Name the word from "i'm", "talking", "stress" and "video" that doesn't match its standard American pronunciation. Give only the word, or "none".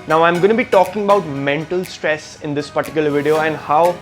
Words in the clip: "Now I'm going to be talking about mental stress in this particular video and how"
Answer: none